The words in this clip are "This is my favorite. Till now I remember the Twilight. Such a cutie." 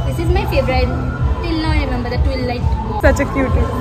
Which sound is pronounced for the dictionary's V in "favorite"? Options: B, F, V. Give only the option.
B